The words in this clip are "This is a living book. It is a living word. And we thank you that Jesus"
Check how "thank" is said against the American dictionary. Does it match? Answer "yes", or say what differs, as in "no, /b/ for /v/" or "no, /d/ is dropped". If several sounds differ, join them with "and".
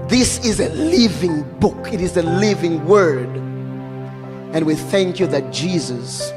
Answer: yes